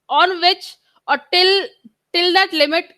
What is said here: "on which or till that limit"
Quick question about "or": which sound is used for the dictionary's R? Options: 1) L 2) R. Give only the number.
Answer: 1